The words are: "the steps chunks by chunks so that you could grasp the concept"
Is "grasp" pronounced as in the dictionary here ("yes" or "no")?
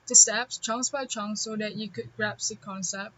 no